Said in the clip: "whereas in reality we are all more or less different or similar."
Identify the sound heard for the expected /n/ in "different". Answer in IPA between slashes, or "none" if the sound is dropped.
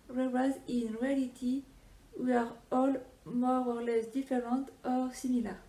none